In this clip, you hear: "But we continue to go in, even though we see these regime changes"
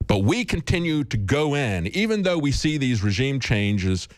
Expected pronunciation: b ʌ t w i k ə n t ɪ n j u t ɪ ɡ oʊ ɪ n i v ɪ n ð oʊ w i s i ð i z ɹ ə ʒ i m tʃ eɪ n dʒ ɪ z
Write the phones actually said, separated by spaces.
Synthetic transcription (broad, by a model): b ʌ t w i k ə n t ɪ n j u t ɪ ɡ oʊ ɪ n i v ɪ n ð oʊ w i s i ð i z ɹ ə ʒ i m tʃ eɪ n dʒ ɪ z